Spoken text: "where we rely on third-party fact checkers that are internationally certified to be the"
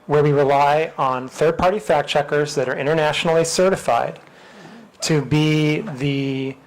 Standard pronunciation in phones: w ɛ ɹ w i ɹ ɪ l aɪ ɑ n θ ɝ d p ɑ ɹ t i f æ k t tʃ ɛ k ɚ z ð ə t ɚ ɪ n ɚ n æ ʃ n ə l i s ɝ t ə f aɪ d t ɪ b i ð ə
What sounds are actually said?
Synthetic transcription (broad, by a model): w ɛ ɹ w i ɹ ɪ l aɪ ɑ n θ ɝ d p ɑ ɹ t i f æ k tʃ ɛ k ɚ z ð ə t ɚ ɪ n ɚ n æ ʃ n l i s ɝ t ə f aɪ d t ɪ b i ð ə